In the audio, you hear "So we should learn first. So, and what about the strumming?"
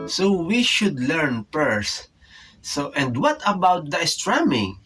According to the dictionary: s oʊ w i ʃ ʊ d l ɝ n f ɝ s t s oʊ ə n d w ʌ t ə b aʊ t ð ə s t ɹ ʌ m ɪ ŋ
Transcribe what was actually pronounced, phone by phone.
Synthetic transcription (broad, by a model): s oʊ w i ʃ ʊ d l ɝ n p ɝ s t ə n d w ʌ t ə b aʊ t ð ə s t ɹ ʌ m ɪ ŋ